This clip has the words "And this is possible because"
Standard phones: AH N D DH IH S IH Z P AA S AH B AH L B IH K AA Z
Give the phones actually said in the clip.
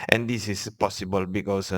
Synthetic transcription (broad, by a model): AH N D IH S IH S P AA S AH B AH L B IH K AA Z